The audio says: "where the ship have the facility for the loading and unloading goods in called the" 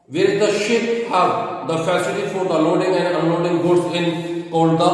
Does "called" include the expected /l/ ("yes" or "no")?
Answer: no